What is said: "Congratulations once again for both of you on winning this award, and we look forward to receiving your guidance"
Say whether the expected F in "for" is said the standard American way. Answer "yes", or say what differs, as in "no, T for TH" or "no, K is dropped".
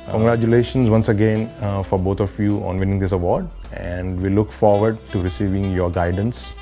yes